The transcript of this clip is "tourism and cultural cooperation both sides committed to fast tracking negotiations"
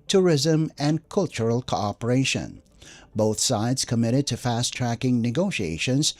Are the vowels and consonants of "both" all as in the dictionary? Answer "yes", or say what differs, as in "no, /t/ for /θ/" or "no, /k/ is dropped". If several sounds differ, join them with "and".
yes